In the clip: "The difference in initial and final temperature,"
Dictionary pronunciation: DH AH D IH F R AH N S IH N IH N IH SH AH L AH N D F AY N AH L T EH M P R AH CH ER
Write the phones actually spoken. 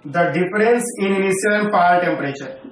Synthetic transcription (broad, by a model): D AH D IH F R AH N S IH N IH N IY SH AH L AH N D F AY AH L T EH M P R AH CH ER